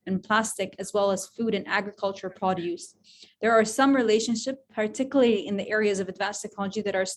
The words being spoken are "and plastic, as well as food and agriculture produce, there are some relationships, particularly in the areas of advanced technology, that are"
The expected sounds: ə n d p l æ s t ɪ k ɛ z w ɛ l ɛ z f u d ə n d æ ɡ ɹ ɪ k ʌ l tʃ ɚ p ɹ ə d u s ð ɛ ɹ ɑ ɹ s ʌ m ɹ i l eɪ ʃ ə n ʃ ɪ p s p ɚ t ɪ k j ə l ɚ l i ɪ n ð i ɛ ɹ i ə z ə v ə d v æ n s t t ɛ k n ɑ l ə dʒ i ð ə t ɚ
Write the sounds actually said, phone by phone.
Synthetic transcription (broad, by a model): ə n p l æ s t ɪ k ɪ z w ɛ l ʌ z f u d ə n æ ɡ ɹ ɪ k ʌ l tʃ ɚ p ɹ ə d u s ð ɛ ɹ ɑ ɹ s ʌ m ɹ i l eɪ ʃ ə n ʃ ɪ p p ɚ t ɪ k j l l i ɪ n ð i ɛ ɹ i ə z ə v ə d v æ n s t t ɛ k n ɑ l ə dʒ i ð ə t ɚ